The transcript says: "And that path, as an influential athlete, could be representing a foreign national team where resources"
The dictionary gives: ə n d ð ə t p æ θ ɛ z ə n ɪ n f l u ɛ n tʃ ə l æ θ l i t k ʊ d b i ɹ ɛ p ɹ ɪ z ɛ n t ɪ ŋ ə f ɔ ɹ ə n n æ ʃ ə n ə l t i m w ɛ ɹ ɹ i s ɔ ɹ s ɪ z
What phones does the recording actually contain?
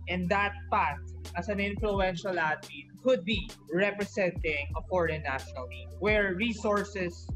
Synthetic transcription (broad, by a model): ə n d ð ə t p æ t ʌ s ə n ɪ n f l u ɛ n ʃ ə l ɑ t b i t k ʊ d b i ɹ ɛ p ɹ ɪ s ɛ n t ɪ ŋ ə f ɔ ɹ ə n n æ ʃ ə n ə l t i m w ɛ ɹ ɹ i s ɔ ɹ s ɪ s